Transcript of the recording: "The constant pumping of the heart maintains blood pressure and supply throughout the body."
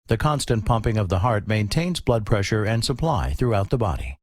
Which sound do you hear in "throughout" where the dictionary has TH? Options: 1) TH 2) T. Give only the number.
1